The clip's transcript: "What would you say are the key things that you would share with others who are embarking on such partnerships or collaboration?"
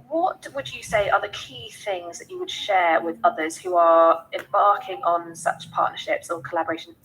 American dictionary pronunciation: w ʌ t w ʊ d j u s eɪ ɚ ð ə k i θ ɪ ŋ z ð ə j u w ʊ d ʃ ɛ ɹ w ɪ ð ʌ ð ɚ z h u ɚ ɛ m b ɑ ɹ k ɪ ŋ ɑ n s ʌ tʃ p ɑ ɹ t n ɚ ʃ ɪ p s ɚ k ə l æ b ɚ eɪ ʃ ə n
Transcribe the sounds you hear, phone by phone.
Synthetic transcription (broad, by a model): w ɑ t w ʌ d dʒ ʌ s eɪ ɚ ð ə k i θ ɪ ŋ z ð ə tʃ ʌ w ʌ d ʃ ɛ ɹ w ɪ ð ʌ ð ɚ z h u ɚ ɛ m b ɑ k ɪ ŋ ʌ n s ʌ tʃ p ɑ t n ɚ ʃ ɪ p s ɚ k ə l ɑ b ɚ eɪ ʃ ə n